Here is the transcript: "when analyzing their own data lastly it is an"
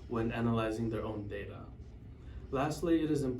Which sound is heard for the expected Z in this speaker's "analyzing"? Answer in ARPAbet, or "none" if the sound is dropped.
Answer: Z